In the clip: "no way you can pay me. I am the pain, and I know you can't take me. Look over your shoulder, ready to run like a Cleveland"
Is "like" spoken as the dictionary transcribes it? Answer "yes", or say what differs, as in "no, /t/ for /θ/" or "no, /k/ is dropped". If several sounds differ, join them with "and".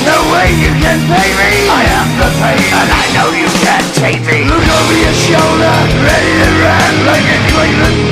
no, /k/ is dropped